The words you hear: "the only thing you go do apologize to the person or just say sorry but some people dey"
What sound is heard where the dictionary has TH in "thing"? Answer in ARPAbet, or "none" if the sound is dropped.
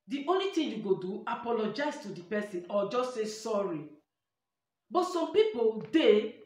T